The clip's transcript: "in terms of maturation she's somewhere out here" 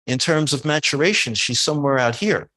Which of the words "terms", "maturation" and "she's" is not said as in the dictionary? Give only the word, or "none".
none